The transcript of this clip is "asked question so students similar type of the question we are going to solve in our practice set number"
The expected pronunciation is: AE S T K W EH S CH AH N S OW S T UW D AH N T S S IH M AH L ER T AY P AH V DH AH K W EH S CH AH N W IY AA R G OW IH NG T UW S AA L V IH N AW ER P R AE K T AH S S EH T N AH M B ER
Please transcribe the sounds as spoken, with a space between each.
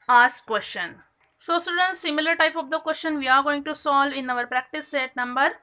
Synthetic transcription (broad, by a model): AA S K K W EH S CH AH N S OW S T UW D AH N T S S IH M AH L ER T AY P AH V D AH K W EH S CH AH N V IY AA R G OW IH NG T UW S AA L IH N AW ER P R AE K T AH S S EH T N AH M B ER